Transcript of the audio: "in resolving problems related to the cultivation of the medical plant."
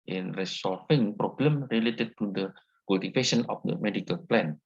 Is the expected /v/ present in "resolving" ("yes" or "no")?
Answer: no